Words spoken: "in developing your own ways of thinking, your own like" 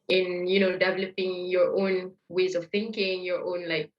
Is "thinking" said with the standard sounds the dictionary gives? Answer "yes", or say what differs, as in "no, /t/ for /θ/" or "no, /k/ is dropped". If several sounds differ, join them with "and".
yes